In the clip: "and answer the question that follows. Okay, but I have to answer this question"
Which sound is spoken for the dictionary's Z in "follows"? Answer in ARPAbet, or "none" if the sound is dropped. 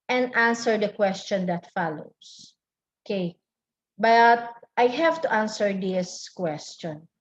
S